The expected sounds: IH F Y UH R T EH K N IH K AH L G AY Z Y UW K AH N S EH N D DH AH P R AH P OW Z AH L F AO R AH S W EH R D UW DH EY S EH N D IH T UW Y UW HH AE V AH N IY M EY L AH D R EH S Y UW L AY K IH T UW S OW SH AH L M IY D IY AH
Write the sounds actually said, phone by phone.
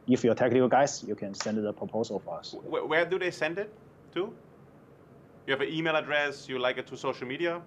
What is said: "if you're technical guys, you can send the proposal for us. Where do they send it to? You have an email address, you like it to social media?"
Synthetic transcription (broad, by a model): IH F Y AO T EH K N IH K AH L G AY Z Y UW K AH N S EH N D DH AH P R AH P OW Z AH L F AO R AH S W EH W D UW DH EY S EH N D IH T UW Y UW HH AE V AH N IY M EY L AH D R EH S Y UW L AY K IH T UW S OW SH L M IY D IY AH